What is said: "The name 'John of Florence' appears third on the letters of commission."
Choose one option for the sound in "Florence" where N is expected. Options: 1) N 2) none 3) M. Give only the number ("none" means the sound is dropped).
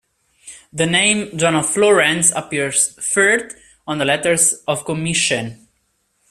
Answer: 1